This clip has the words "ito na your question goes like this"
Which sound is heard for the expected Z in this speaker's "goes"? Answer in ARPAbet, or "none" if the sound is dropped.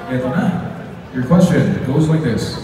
Z